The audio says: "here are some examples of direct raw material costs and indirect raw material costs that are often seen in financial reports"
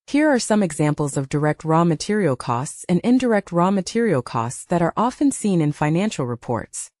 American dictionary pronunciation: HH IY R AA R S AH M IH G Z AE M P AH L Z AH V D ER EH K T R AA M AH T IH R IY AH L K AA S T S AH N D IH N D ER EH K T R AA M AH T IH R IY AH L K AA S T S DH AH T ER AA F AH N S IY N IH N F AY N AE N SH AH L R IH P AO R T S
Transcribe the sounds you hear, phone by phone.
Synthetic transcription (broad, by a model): HH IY R AA R S AH M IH G Z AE M P L Z AH V D ER EH K T R AA M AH T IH R IY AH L K AA S T S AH N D IH N D ER EH K T R AA M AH T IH R IY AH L K AA S T S DH AH T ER AA F AH N S IY N IH N F AY N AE N SH L R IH P AO R T S